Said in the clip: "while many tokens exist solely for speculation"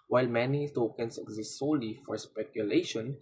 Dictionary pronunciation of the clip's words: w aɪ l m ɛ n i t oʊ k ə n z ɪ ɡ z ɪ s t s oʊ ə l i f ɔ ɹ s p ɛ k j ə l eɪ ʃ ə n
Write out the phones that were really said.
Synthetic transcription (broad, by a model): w aɪ l m ɛ n i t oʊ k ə n s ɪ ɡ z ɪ s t s oʊ l i f ɔ ɹ s p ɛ k j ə l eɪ ʃ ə n